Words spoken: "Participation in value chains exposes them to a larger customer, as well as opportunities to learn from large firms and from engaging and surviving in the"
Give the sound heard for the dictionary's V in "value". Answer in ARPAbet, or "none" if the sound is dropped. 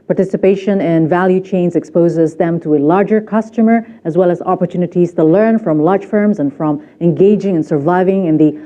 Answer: V